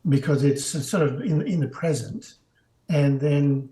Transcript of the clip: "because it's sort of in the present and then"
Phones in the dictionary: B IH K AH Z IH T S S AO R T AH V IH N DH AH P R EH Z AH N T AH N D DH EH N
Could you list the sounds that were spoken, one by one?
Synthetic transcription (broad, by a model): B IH K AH Z IH T S S AO R T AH V IH N DH AH P R EH Z AH N T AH N DH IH N